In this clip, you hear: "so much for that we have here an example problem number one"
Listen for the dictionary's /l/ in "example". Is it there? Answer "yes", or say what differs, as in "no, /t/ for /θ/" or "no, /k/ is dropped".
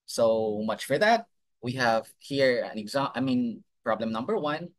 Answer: no, /n/ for /l/